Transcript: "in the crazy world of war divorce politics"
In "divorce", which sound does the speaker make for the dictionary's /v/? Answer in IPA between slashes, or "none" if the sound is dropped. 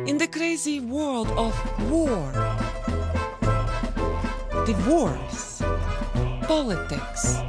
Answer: /w/